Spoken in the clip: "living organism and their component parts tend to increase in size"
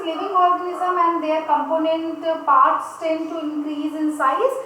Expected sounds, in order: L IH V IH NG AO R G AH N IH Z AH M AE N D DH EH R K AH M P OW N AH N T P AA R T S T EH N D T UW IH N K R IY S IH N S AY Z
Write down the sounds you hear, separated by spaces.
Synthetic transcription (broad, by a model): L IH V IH NG AO R G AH N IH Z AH M AE N D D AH R K AH M P OW N AH N T P AA R T S T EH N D T UW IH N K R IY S IH N S AY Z